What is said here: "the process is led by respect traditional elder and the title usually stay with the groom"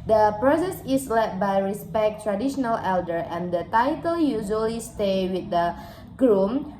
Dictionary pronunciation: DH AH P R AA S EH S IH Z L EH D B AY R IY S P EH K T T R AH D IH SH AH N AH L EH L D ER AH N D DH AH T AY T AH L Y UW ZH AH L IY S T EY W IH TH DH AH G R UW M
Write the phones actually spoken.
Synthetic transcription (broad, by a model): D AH P R AA S EH S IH S L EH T B AY R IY S P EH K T T R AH D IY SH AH N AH L EH L D ER AH N D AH T AY T AH L Y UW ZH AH L IY S T EY W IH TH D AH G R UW M